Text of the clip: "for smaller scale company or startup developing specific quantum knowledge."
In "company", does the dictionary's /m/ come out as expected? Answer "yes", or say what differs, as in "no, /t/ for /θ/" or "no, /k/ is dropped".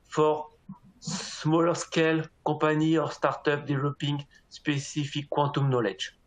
no, /m/ is dropped